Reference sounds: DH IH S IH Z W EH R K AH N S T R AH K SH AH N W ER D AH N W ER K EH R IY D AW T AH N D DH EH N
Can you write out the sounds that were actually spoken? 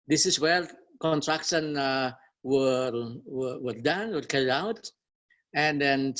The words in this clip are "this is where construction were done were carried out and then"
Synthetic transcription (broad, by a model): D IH S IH S W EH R K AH N T R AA K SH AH N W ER D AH N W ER K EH R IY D AW T AH N D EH N